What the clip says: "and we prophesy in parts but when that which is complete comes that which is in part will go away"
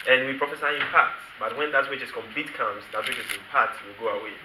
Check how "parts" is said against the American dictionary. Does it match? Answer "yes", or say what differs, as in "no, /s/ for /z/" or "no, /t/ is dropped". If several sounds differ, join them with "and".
no, /s/ is dropped